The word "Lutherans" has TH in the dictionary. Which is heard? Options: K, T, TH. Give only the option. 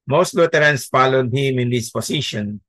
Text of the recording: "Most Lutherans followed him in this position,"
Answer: T